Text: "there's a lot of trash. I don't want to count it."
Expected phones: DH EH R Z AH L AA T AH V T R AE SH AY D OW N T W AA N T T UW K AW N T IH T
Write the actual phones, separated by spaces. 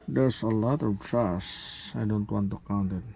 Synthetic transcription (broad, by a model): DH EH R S AH L AA T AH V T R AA S AY D OW N T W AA N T T UW K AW N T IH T